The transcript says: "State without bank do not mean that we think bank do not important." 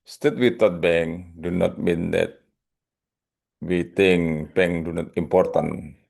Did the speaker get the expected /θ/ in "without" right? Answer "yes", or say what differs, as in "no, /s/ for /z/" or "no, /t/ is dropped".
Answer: no, /t/ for /θ/